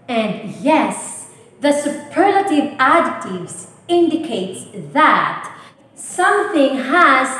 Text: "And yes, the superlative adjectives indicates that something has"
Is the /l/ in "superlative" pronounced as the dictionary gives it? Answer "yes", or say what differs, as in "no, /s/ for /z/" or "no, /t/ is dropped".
yes